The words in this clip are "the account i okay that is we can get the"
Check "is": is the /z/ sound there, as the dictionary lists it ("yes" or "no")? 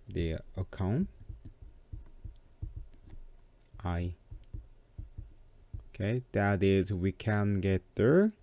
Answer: yes